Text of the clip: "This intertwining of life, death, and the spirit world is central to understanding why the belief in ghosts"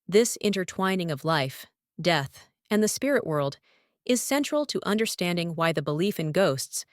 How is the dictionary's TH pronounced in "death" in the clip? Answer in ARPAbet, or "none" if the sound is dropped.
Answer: TH